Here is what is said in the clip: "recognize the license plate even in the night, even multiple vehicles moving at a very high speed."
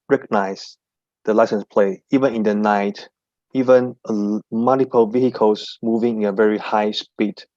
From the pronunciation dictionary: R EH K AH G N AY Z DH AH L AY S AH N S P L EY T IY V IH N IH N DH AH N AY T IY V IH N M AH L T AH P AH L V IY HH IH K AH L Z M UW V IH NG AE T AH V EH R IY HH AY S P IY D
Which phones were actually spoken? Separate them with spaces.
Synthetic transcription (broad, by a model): R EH K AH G N AY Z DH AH L AY S AH N S P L EY IY V IH N IH N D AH N AY T IY V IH N M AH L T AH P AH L V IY HH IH K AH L S M UW V IH NG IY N AH V EH R IY HH AY S P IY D